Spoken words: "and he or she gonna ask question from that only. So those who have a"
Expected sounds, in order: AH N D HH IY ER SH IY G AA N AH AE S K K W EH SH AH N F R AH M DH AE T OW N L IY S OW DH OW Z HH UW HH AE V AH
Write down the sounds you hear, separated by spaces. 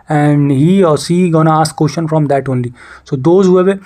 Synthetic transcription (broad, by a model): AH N D HH IY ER S IY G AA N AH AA S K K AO SH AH N F R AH M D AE T OW N L IY S OW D OW Z HH UW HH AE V